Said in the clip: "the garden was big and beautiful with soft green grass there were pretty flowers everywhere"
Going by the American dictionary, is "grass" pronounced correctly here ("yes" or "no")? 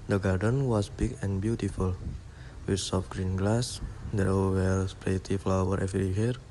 no